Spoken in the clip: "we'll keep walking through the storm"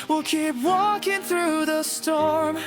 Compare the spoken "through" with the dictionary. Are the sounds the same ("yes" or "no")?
yes